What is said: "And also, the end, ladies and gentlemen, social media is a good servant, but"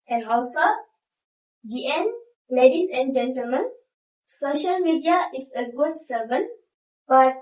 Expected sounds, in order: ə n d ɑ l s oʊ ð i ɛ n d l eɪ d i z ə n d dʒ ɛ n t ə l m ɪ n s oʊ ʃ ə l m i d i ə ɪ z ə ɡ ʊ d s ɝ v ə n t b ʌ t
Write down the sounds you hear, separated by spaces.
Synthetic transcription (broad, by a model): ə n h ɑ w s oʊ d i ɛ n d l eɪ d i s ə n dʒ ɛ n t ə l m ɪ n s oʊ ʃ ə l m i d i ə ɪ s ə ɡ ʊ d s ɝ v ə n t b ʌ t